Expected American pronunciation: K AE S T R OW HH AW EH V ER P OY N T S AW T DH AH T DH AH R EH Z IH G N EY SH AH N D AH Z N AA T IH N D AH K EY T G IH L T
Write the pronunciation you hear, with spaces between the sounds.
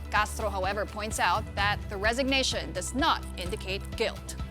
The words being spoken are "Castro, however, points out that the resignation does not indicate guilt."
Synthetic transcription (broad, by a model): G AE S T R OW HH AW EH V ER P OY N T S AW T DH AH T DH AH R EH Z IH G N EY SH AH N D AH Z N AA T IH N D AH K EY T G IH L T